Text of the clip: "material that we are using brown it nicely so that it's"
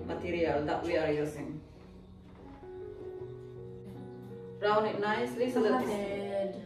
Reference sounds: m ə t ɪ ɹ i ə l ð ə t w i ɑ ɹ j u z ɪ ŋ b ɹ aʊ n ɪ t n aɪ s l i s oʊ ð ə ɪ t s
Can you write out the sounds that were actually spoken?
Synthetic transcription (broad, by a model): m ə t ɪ ɹ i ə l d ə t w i ɑ ɹ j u s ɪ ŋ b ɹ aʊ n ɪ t n aɪ s l i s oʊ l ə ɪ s